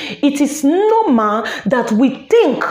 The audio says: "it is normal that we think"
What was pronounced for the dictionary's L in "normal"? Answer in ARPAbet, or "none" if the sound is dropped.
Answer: N